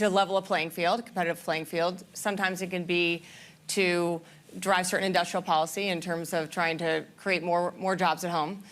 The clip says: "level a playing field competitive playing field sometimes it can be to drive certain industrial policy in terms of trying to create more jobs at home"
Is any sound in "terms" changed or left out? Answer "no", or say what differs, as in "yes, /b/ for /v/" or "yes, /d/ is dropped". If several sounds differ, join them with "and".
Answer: no